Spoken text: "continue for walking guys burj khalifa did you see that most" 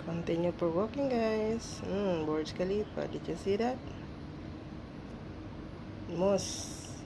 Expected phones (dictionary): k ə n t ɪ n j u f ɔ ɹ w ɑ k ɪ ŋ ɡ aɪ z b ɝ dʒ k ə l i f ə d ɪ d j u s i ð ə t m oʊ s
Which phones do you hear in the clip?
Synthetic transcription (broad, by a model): k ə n t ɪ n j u p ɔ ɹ w ɑ k ɪ ŋ ɡ aɪ s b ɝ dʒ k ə l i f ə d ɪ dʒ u s i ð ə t m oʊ s